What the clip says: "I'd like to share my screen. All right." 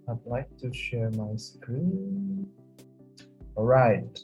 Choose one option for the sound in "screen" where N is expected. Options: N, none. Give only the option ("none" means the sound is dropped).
none